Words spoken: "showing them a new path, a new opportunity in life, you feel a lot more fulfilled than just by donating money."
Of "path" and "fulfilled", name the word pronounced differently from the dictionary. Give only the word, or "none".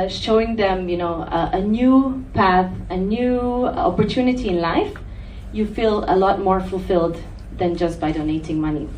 none